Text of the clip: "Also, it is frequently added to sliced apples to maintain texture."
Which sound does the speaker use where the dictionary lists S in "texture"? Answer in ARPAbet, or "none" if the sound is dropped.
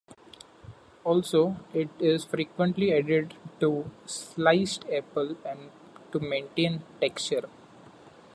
S